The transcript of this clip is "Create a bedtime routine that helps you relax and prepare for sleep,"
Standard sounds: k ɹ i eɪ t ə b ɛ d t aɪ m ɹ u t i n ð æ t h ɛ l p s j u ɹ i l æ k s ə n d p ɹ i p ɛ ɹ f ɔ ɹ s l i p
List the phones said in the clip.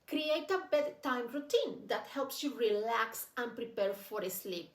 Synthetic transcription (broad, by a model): k ɹ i eɪ t ə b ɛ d t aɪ m ɹ u t i n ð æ t h ɛ l p s j u ɹ i l æ k s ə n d p ɹ i p ɛ ɹ f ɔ ɹ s l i p